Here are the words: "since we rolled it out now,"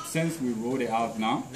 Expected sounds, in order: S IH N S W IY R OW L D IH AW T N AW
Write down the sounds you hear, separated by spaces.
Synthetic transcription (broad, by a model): S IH N S W IY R OW D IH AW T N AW